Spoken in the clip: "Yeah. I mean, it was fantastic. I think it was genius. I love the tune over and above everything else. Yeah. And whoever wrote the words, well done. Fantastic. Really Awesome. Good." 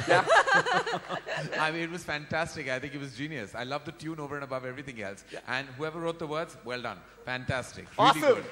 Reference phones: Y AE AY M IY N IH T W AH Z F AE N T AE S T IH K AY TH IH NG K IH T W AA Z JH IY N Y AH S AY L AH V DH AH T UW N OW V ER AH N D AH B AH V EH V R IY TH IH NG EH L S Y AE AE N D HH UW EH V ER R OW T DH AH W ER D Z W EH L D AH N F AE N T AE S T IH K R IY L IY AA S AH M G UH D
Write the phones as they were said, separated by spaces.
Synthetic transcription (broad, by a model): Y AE AY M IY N IH T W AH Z F AE N T AE S T IH K AY T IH NG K IH T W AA Z JH IY N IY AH S AY L AH V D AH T UW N OW V ER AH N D AH B AH V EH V R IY T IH NG EH L S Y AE AE N D HH UW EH V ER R OW T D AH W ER D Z W EH L D AH N F AE N T AE S T IH K R IY L IY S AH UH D